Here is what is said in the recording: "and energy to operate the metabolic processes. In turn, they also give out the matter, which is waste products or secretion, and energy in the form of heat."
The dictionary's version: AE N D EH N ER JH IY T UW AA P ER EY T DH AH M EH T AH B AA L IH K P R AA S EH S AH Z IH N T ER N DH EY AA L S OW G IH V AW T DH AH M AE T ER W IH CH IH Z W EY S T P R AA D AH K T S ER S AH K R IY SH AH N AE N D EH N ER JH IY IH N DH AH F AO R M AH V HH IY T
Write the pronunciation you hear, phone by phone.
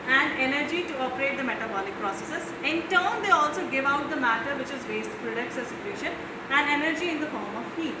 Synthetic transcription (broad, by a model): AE N D EH N ER JH IY T UW AA P ER EY T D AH M EH T AH B AA L IH K P R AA S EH S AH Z IH N T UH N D EY AA L S OW G IH V AW T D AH M AE T ER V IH CH IH Z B EY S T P R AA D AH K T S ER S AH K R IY SH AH N AE N D EH N ER JH IY IH N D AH F AO R M AH V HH IY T